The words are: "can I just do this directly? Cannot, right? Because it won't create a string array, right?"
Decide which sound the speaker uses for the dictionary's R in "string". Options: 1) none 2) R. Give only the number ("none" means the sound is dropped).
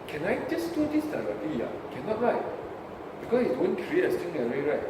1